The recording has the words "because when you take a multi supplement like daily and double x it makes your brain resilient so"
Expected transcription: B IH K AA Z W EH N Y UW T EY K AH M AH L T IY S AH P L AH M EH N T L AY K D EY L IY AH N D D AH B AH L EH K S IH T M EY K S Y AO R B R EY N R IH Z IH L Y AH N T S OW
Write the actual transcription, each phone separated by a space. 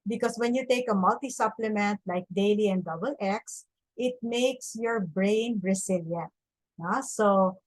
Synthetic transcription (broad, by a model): B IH K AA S W EH N Y UW T EY K AH M AH L T IY S AH P L AH M EH N T L AY K D EY L IY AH N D D AH B AH L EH K S IH T M EY K S Y AO R B R EY N R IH S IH L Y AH N T S OW